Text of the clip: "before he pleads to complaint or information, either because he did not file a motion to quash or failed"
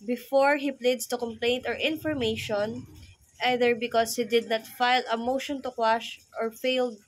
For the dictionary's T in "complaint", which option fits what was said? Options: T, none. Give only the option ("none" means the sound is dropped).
T